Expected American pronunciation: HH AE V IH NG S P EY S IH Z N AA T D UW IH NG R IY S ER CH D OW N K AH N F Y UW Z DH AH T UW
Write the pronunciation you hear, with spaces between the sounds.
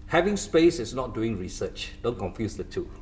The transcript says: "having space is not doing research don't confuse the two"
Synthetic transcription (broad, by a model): HH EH V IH NG S P EY S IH S N AA T D UW IH NG R IY S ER CH D OW N K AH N F Y UW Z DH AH T UW